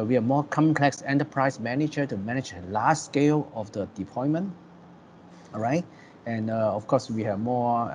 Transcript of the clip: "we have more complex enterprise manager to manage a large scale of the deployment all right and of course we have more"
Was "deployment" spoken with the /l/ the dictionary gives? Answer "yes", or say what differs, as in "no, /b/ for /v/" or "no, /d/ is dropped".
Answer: no, /l/ is dropped